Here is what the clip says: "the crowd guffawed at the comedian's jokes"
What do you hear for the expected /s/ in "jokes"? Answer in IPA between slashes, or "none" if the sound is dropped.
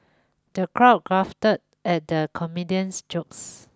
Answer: /s/